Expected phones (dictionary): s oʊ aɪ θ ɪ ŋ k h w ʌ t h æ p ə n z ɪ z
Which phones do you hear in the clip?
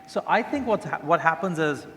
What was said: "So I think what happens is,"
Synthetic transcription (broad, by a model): s oʊ aɪ θ ɪ ŋ k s w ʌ t h æ p ə n z ɪ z